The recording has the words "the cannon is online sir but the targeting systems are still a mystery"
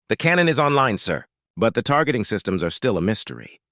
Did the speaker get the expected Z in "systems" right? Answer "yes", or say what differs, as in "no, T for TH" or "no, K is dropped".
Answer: yes